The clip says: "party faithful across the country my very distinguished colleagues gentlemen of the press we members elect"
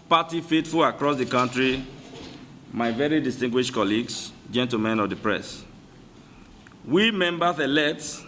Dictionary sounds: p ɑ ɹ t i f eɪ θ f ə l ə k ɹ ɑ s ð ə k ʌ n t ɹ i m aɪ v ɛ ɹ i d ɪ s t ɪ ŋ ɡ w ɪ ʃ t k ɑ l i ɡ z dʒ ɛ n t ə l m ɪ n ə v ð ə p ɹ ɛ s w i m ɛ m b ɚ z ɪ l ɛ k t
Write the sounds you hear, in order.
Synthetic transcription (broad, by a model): p ɑ t i f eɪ t f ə l ə k ɹ ɑ s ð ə k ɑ n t ɹ i m aɪ v ɛ ɹ i d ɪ s t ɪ ŋ ɡ w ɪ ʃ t k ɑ l i ɡ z dʒ ɛ n t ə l m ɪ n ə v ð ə p ɹ ɛ s w i m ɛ m b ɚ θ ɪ l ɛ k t